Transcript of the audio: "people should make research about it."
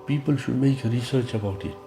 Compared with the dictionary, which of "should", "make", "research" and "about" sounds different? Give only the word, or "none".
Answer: none